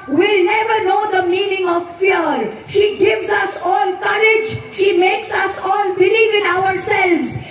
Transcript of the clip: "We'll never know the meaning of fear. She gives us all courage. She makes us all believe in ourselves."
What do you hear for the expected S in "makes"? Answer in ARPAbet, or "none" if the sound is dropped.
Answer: S